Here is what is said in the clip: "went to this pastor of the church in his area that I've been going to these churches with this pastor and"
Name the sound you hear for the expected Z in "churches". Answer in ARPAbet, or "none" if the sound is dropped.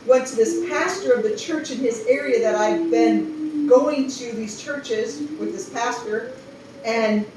Z